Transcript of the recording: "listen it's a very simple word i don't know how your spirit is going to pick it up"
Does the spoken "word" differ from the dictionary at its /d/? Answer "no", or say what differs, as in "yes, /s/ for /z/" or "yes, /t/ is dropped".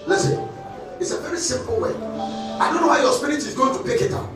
yes, /d/ is dropped